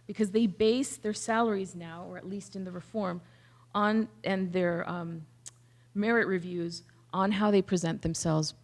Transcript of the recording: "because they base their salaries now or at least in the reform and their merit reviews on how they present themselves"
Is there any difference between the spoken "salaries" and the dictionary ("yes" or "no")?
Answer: no